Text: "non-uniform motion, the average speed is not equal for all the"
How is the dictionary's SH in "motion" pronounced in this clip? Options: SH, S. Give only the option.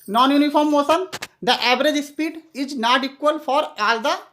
S